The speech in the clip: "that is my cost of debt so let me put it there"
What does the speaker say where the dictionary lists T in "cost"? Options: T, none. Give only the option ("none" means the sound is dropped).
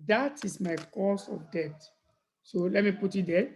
none